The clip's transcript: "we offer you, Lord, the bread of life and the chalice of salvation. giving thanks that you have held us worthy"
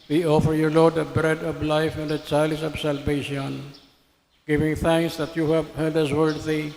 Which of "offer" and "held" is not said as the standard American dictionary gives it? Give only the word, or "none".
held